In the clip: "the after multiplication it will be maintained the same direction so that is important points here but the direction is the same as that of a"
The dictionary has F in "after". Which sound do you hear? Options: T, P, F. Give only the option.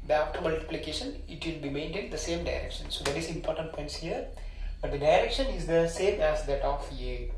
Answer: P